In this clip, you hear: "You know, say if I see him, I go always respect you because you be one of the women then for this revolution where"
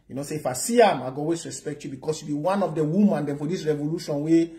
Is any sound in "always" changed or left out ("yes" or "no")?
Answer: yes